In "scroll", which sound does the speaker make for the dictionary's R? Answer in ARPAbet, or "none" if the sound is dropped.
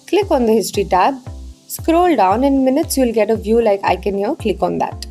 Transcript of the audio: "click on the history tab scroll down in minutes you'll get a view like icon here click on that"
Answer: R